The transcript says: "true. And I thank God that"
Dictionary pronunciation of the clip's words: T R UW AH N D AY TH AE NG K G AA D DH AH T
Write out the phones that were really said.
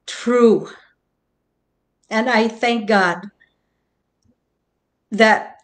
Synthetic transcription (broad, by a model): T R UW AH N AY TH AE NG K G AA D DH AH T